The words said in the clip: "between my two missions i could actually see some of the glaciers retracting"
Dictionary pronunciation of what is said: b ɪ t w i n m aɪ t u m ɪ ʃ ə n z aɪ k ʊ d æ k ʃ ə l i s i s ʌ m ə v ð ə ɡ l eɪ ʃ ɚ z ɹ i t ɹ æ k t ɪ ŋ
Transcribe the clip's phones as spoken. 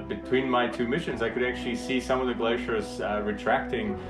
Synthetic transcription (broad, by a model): b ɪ t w i n m aɪ t u m ɪ ʃ ə n z aɪ k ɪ d æ k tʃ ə l i s i s ʌ m ə v ð ə ɡ l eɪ ʃ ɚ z ɹ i t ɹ æ k t ɪ ŋ